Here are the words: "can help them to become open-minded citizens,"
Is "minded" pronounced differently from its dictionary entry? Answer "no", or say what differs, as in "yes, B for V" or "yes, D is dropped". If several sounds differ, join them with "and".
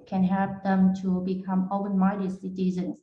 yes, N is dropped